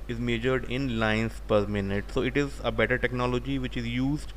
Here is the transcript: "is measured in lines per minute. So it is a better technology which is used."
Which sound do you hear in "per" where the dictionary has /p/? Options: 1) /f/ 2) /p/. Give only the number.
2